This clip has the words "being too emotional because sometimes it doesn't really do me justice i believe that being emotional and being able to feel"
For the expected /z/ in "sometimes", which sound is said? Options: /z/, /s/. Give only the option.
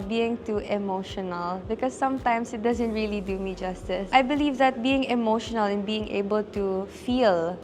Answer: /s/